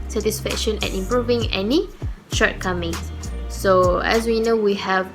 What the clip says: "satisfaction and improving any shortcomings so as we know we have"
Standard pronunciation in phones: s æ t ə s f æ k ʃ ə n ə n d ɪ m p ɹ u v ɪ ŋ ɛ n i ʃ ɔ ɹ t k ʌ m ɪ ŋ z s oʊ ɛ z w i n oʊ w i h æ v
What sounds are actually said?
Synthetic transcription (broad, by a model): s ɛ t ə s f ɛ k ʃ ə n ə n ɪ m p ɹ u v ɪ ŋ ɛ n i ʃ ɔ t k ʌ m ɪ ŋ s s oʊ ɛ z w i n oʊ w i h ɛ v